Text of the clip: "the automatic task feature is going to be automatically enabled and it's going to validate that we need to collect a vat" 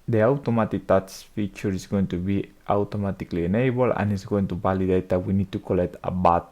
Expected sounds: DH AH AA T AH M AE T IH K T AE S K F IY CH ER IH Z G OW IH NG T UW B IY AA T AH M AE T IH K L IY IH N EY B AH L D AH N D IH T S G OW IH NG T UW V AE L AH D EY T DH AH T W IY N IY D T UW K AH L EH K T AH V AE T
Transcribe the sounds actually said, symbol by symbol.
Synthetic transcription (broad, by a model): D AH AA T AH M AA T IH K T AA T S F IY CH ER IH S G OW IH NG T UW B IY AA T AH M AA T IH K L IY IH N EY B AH L AH N IH T S G OW IH NG T UW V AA L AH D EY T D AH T W IY N IY D T UW K AH L EH K T AH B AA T